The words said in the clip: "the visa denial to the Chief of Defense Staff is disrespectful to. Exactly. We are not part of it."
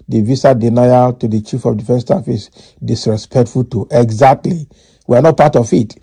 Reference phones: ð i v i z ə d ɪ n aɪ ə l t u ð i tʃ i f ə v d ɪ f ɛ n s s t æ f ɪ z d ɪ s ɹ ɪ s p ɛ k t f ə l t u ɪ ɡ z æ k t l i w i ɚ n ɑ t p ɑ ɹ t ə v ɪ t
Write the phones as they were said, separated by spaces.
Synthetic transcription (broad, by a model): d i v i s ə d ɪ n aɪ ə t u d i tʃ i f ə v d ɪ f ɛ n s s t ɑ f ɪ s d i s ɹ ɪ s p ɛ k t f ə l t u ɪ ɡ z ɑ k t l i w i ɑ n ɑ t p ɑ t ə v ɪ t